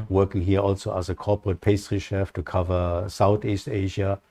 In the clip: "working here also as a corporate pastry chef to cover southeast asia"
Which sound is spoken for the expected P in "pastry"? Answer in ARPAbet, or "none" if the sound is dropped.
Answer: P